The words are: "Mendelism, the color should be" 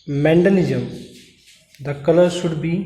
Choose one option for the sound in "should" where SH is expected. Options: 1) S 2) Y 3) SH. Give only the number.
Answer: 1